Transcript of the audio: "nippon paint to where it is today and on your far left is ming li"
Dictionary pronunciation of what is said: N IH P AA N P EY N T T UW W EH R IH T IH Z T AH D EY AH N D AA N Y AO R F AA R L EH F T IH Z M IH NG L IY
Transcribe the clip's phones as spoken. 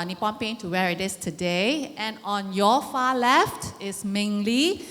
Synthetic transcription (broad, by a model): N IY P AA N P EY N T T UW W EH R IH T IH S T AH D EY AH N AA N Y AO F AA L EH F T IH S M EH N L IY